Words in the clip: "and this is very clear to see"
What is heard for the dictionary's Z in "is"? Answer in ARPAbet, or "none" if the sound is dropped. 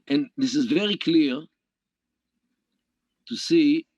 Z